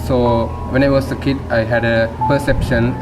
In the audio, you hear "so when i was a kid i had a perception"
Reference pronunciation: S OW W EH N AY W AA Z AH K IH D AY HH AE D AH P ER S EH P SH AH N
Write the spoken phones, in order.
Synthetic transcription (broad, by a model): S OW W EH N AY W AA S AH K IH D AY HH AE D AH P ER S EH P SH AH N